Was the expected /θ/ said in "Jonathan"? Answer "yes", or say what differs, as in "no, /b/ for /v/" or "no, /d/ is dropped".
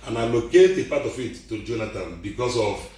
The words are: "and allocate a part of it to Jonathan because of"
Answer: no, /t/ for /θ/